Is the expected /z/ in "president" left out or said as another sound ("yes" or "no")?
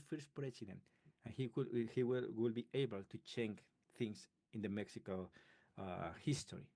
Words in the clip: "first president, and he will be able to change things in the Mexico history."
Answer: yes